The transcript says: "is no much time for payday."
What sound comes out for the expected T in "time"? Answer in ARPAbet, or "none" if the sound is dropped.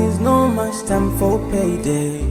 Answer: T